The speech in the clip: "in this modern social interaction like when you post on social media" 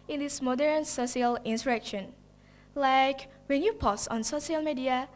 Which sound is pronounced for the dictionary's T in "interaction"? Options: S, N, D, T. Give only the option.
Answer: S